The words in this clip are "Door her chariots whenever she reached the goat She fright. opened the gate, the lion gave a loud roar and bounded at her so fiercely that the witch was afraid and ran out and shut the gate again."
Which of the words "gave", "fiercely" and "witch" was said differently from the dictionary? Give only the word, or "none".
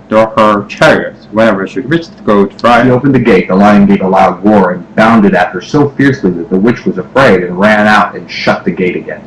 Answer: none